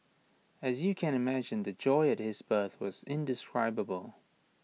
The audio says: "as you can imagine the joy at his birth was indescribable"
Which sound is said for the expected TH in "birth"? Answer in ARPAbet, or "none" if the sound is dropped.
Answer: TH